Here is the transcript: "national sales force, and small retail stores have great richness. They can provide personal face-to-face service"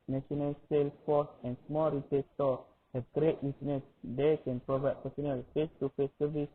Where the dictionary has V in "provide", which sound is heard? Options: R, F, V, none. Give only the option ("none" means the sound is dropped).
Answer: V